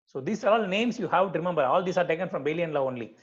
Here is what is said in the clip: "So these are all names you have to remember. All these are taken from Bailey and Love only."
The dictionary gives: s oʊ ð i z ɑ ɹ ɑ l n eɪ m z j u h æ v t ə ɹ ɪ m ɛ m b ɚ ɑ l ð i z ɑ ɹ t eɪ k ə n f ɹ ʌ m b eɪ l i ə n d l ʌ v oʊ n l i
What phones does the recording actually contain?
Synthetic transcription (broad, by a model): s oʊ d i s ɑ ɹ ɑ l n eɪ m s j u h æ v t ɹ ɪ m ɛ m b ɚ ɑ l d i s ɑ ɹ t eɪ k ə n f ɹ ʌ m b eɪ l i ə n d l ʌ oʊ n l i